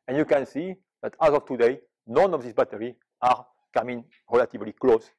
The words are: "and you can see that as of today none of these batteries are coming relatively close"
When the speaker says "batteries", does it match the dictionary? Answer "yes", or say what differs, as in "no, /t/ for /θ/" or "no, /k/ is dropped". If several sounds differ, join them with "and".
no, /z/ is dropped